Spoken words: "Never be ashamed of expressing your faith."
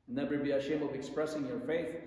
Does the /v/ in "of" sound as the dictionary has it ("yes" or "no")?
yes